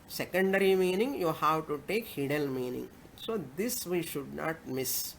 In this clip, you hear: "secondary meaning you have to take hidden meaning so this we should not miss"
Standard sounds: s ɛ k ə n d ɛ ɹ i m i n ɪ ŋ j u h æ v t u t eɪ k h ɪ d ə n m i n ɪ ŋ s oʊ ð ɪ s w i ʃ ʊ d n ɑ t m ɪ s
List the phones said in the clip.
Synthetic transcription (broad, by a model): s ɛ k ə n d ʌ ɹ i m i n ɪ ŋ j u h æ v t u t eɪ k h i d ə l m i n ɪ ŋ s oʊ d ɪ s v i ʃ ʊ d n ɑ t m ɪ s